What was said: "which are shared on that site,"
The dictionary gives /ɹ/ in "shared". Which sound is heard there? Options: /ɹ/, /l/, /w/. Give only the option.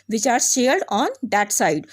/l/